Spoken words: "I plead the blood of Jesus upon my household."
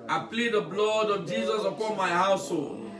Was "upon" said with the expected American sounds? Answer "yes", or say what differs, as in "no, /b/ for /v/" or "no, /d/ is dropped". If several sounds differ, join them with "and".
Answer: no, /l/ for /n/